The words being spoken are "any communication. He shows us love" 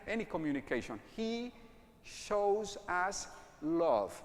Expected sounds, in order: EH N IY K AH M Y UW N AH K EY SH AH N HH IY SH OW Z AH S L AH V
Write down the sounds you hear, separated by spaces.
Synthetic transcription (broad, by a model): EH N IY K AH M Y UW N AH K EY SH AH N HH IY SH OW Z AH S L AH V